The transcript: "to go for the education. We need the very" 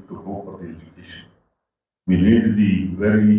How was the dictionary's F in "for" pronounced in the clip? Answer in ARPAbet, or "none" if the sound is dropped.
P